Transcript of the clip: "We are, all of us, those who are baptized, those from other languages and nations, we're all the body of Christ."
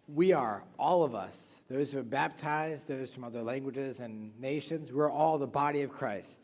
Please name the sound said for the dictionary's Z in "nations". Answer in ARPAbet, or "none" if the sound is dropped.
Z